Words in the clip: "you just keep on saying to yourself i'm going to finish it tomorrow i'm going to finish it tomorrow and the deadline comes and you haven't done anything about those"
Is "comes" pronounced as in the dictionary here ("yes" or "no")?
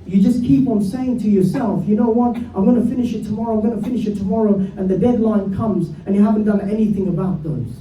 yes